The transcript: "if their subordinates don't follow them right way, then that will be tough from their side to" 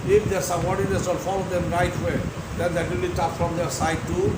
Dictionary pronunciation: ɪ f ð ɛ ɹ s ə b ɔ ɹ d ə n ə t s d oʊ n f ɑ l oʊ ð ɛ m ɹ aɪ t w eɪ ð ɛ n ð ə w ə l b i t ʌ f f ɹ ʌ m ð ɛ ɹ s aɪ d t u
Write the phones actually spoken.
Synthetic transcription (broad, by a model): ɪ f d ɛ ɹ s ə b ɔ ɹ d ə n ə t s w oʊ l f ɑ l oʊ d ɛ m ɹ aɪ t w eɪ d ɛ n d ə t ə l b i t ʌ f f ɹ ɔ m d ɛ ɹ s aɪ d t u